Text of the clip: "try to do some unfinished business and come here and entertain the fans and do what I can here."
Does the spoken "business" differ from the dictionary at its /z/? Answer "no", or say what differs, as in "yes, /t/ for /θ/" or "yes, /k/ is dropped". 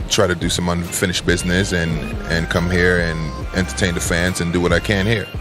no